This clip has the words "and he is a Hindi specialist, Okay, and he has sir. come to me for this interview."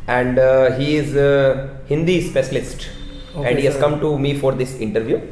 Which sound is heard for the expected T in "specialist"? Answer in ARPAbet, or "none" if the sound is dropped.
T